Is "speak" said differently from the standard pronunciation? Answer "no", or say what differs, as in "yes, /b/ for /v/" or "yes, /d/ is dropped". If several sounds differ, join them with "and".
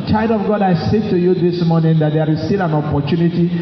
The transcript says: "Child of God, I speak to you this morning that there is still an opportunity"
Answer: yes, /p/ is dropped